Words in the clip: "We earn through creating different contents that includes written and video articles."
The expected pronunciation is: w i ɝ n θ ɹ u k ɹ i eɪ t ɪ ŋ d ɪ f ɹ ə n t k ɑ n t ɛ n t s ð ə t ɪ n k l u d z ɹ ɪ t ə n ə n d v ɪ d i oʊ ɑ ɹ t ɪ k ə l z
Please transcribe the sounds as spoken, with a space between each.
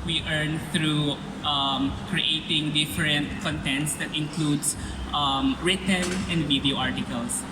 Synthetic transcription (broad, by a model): w i ɝ n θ ɹ u k ɹ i eɪ t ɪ ŋ d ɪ f ɹ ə n t k ɑ n t ɛ n t s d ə t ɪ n k l u d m ɹ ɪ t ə l ə n d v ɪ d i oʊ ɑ ɹ t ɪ k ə l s